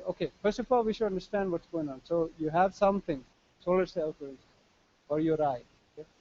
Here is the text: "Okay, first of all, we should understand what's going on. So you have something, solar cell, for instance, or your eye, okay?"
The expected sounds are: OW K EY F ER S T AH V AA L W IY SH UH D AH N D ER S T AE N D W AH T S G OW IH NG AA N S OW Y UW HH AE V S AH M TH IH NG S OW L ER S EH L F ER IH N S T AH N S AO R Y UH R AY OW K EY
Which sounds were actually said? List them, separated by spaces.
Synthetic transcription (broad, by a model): OW K EY F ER S T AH F AA L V IY SH UH D AH N D ER S T AE N D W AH T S G OW IH NG AA N S OW Y UW HH AE V S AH M T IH NG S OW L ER S EH L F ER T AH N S AO R Y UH R AY OW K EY